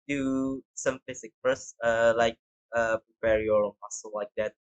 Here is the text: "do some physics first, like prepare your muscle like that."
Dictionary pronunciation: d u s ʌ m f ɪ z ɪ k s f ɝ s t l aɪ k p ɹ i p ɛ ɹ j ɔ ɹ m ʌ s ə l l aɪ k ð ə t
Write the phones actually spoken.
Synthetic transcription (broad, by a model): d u s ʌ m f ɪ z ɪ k f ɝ s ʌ l aɪ k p ɹ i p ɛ ɹ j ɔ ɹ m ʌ s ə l l aɪ k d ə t